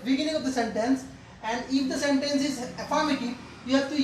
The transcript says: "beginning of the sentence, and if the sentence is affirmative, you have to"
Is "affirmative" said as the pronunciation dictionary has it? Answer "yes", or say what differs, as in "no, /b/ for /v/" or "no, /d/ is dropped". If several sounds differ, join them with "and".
no, /p/ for /v/